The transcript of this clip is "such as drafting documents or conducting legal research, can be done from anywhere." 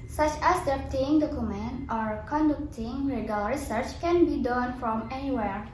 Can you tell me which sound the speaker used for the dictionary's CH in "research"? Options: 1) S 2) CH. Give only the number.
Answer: 2